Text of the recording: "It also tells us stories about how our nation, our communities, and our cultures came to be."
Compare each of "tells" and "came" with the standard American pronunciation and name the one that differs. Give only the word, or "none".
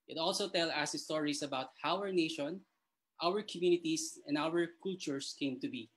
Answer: tells